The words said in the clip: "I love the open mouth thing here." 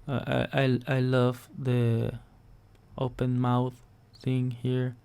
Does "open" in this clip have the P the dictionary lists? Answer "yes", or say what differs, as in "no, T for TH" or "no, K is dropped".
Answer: yes